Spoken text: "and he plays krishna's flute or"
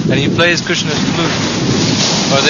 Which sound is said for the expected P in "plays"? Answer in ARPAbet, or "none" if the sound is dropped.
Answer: P